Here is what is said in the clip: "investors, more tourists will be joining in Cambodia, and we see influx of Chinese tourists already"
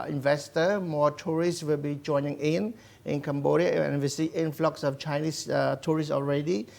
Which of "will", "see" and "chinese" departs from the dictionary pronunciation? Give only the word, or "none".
chinese